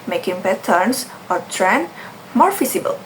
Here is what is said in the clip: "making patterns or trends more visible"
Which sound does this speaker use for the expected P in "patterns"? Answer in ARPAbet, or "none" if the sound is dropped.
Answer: B